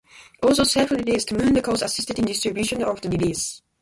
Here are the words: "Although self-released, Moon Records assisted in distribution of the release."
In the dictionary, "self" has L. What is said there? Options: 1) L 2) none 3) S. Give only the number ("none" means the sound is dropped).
2